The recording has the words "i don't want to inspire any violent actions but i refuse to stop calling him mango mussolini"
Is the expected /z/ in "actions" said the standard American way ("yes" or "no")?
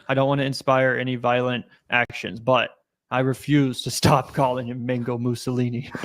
yes